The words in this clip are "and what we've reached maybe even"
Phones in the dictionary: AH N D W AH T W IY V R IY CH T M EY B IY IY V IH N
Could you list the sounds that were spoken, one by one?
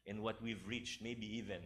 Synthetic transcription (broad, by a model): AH N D W AH T W IY V R IY CH T M EY B IY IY V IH N